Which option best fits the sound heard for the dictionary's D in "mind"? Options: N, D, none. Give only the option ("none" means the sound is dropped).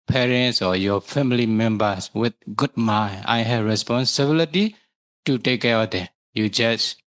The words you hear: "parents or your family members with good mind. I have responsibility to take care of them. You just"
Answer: none